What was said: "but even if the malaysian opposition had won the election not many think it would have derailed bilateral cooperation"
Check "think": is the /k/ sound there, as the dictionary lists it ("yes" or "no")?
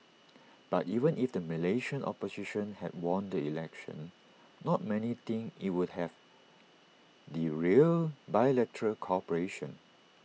no